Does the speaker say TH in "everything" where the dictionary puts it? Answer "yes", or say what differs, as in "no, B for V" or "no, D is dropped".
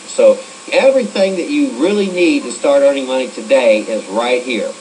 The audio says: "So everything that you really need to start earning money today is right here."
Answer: yes